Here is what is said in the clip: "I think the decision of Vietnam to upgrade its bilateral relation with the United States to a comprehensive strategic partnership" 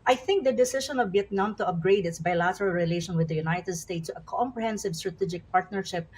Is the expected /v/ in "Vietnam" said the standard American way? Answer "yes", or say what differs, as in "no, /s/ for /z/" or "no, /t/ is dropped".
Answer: no, /b/ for /v/